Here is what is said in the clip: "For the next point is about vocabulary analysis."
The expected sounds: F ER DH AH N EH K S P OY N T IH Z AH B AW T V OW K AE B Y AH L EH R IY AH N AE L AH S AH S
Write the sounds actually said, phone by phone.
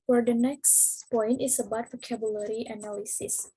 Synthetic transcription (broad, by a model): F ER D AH N EH K S P OY N T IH S AH B AW T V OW K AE B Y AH L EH R IY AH N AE L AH S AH S